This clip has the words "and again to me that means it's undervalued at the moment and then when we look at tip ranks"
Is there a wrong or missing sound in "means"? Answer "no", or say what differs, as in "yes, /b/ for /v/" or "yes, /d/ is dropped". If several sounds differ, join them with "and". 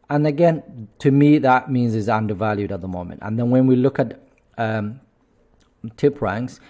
no